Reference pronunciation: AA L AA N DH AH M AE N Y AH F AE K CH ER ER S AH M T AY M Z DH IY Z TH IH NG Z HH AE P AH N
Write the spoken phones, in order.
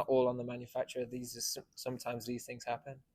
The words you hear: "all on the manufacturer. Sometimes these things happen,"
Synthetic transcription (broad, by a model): AA L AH N DH AH M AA N Y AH F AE K CH ER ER S AH M T AY M Z DH IY Z TH IH NG Z HH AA P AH N